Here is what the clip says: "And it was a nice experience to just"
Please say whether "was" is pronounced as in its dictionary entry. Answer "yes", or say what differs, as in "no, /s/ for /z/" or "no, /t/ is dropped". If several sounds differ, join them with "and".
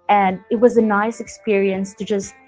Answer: yes